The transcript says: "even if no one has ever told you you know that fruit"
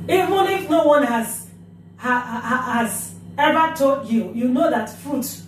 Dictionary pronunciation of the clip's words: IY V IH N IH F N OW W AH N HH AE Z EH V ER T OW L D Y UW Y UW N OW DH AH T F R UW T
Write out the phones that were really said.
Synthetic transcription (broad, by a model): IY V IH N IH F N OW W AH N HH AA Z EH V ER T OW D Y UW Y UW N OW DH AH T F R UW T